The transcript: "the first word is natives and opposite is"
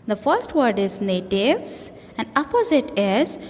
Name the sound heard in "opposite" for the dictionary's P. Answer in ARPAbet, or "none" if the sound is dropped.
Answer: P